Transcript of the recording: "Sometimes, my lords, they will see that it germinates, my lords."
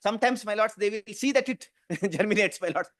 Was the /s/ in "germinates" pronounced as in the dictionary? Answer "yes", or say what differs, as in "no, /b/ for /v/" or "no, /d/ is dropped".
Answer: yes